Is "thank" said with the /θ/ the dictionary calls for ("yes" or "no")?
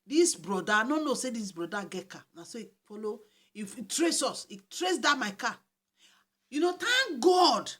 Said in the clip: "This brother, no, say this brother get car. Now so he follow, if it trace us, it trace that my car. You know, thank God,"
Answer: no